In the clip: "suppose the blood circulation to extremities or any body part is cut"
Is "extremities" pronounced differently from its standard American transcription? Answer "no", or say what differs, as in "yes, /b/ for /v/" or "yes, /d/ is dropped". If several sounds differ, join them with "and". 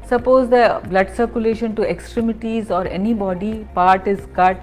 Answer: no